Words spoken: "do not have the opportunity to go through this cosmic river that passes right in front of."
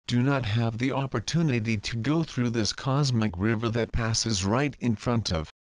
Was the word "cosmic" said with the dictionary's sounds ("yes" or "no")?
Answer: yes